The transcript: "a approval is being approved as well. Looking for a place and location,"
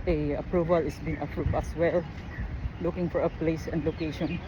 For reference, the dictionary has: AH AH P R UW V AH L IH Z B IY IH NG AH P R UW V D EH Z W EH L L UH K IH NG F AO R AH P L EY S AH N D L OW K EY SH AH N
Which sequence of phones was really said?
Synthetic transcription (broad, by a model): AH AH P R UW V AH L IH S B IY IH NG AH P R UW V EH S W EH L L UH K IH NG F AO R AH P L EY S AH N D L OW K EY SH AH N